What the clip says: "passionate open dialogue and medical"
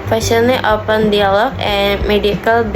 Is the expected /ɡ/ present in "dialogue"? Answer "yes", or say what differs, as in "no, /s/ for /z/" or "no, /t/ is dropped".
no, /ɡ/ is dropped